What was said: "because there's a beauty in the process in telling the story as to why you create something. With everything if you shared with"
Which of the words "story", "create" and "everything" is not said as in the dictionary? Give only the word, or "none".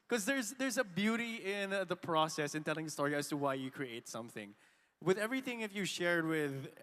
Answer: none